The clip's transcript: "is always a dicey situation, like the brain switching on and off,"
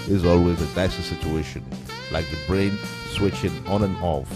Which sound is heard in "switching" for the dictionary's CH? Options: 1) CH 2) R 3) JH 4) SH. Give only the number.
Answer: 1